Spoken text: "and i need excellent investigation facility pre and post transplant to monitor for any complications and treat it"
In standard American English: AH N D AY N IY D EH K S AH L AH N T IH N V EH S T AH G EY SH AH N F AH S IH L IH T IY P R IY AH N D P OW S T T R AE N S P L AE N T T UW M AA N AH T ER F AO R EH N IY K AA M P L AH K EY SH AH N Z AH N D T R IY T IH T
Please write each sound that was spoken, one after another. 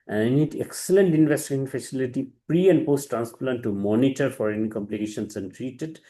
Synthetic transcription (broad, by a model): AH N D AY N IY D EH K S AH L AH N T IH N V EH S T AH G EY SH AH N F AH S IH L IH T IY P R IY AH N D P OW S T T R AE N S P L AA N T T UW M AA N AH T ER F AO R EH N IY K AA M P L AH K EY SH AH N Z AH N D T R IY T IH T